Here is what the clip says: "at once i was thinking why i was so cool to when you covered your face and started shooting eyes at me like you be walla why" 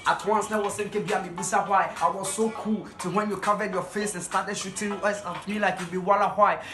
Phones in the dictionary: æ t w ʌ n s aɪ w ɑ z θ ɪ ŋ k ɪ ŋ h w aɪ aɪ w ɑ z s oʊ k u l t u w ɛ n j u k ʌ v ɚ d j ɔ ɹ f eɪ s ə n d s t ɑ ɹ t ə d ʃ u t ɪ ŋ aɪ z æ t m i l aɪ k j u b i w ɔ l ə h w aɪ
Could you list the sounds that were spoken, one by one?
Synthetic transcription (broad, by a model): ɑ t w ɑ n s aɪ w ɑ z s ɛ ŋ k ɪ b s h aɪ aɪ w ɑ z s oʊ k u l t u w ɛ n j u k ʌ v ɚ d j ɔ f eɪ s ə n s t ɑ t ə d ʃ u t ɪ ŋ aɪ s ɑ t m i l aɪ k j u b i w ɔ l ə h w aɪ